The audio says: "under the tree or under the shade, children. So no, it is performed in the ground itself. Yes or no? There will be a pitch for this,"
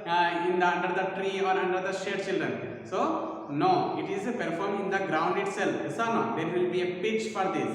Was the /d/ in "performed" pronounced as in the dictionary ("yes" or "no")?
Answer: no